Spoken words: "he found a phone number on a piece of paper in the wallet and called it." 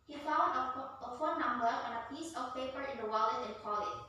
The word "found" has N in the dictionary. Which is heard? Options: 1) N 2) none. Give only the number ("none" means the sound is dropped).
2